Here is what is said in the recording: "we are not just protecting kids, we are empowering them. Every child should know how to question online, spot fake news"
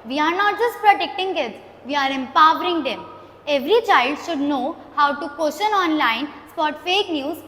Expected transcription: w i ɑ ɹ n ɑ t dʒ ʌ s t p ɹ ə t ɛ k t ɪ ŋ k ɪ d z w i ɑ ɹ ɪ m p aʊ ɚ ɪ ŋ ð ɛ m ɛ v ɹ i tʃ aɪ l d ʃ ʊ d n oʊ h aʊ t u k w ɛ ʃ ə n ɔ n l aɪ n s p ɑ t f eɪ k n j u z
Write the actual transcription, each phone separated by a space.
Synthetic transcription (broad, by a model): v i ɑ ɹ n ɑ t dʒ ʌ s t p ɹ ə t ɛ k t ɪ ŋ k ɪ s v i ɑ ɹ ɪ m p aʊ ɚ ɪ ŋ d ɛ m ɛ v ɹ i tʃ aɪ l d ʃ ʊ d n oʊ h aʊ t u k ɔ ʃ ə n ɔ n l aɪ n s p ɑ t f eɪ k n j u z